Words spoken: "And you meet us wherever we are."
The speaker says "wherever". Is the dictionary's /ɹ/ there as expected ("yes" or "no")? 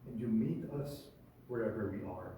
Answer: yes